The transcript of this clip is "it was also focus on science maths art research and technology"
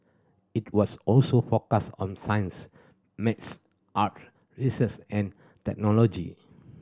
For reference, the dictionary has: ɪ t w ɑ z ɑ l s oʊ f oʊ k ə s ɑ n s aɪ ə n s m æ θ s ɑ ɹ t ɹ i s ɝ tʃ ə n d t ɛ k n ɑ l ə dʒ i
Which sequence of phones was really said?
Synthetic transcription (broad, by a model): ɪ t w ɑ s ɑ l s oʊ f oʊ k ə s ɑ n s aɪ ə n s m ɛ t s ɑ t ɹ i s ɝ s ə n t ɛ k n ɑ l ə dʒ i